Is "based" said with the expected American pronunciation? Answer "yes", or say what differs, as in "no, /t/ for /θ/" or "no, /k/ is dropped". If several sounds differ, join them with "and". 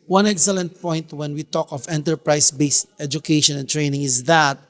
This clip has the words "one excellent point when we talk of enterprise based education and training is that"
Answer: yes